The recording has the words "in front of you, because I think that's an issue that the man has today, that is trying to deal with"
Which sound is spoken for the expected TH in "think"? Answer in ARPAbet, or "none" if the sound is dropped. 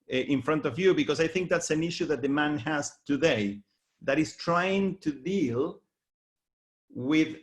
TH